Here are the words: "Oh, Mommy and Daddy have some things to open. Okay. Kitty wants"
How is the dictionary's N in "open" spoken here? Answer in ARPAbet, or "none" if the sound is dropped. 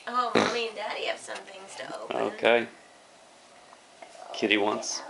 none